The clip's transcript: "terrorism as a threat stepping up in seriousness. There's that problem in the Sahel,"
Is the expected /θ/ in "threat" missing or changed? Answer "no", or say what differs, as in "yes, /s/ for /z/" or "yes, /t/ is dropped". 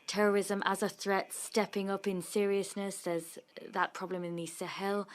no